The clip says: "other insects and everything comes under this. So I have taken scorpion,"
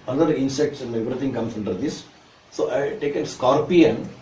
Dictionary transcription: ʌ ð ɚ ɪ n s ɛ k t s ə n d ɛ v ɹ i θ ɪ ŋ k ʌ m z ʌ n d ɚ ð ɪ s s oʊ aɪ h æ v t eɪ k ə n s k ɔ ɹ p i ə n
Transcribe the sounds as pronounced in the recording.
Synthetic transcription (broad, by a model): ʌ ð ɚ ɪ n s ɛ k t s ə n d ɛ v ɹ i t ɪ ŋ k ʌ m s ʌ n d ɚ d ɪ s s oʊ aɪ t eɪ k ə n s k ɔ ɹ p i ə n